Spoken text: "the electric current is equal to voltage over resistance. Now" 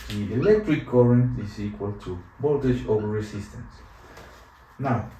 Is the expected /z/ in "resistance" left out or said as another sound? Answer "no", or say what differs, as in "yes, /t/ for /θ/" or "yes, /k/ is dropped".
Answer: yes, /s/ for /z/